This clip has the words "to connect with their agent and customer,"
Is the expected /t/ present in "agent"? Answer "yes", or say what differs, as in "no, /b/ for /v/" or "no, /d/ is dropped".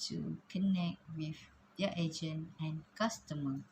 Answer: no, /t/ is dropped